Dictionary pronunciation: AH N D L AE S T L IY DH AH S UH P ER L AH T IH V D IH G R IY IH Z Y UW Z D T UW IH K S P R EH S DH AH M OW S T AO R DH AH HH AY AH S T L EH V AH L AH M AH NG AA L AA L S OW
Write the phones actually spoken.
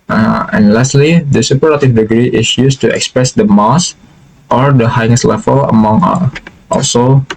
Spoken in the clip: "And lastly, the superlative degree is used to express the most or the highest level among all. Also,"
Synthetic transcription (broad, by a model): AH N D L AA S T L IY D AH S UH P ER AH T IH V D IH G R IY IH S Y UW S T UW IH K S P R EH S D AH M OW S T AO R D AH HH AY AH S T L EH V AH L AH M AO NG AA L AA L S OW